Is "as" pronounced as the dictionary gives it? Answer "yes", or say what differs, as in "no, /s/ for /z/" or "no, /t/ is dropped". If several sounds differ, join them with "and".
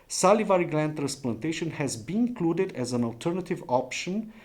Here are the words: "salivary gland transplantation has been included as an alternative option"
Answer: yes